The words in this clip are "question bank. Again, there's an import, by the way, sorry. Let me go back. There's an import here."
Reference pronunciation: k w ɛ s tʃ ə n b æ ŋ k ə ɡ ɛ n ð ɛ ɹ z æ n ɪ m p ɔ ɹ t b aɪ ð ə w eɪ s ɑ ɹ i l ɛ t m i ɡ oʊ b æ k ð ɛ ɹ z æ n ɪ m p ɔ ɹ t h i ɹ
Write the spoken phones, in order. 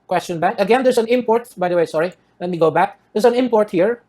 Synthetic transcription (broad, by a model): k w ɛ s tʃ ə n b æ k ə ɡ ɛ n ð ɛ ɹ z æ n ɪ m p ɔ ɹ t b aɪ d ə w eɪ s ɑ ɹ i l ɛ t m i ɡ oʊ b æ k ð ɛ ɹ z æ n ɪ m p ɔ ɹ t h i ɹ